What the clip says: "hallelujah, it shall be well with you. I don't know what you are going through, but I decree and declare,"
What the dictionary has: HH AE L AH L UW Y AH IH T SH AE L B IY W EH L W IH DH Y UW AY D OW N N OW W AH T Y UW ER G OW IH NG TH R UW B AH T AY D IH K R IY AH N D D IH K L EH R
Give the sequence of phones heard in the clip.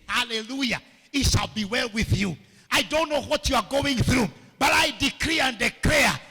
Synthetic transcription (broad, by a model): HH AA L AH L UW Y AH IH T SH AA L B IY W EH L W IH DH Y UW AY D OW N N OW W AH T Y UW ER G OW IH NG TH R UW B AH T AY D IH K R IY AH N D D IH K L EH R